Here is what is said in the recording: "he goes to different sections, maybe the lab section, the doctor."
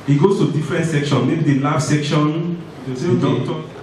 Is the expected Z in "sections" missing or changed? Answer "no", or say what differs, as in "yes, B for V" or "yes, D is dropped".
yes, Z is dropped